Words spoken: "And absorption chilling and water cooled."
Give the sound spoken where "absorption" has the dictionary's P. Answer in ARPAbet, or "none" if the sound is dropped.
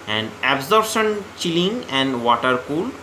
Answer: none